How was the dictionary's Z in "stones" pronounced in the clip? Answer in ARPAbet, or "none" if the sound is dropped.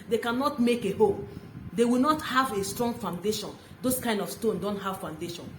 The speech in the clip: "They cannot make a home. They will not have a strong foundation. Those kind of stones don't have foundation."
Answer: none